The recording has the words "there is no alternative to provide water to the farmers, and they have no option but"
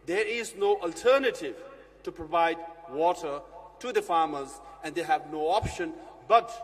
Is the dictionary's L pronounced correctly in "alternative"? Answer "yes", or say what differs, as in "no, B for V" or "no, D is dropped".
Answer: yes